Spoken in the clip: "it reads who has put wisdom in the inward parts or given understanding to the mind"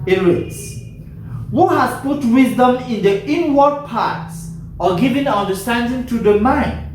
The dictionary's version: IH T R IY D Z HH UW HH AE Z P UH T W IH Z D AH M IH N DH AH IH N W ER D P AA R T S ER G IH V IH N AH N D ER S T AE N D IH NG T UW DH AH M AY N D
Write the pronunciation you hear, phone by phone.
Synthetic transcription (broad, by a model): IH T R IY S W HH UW HH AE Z P UH T W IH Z D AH M IH N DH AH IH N W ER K P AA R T S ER G IH V IH N AH N D ER S T AE N D IH NG T UW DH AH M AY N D